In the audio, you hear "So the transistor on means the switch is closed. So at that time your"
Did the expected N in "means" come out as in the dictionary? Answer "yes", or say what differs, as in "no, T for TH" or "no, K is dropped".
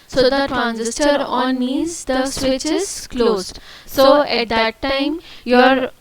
no, N is dropped